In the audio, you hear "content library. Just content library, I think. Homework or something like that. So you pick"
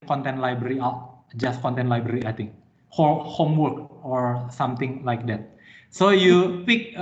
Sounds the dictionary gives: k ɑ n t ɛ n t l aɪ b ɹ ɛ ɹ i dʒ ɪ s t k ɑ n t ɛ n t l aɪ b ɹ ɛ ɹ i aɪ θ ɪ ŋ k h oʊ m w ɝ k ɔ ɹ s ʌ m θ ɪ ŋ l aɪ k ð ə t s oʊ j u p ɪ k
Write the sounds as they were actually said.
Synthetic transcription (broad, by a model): k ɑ n t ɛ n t l aɪ b ɹ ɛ ɹ i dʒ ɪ s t k ɑ n t ɛ n t l aɪ b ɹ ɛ ɹ i aɪ t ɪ ŋ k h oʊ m w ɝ k ɔ ɹ s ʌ m t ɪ ŋ l aɪ k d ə t s oʊ j u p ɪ k